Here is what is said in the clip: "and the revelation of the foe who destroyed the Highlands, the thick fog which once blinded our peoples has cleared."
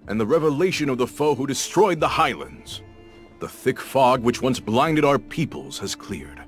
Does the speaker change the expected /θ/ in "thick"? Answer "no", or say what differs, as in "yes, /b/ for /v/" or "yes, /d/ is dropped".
no